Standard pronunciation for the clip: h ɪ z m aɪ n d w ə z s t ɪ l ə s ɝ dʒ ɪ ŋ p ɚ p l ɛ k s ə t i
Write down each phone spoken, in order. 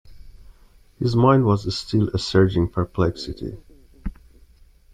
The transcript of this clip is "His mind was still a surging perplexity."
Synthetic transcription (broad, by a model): h ɪ z m aɪ n d w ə z s t ɪ l ə s ɝ dʒ ɪ ŋ p ɚ p l ɛ k s ə t i